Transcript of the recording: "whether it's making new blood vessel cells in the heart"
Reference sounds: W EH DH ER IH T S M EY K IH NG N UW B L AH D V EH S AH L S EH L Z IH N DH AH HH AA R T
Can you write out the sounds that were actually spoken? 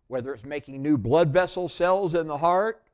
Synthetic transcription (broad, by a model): W EH DH ER IH T S M EY K IH NG N UW B L AH D V EH S L S EH L Z IH N DH AH HH AA R T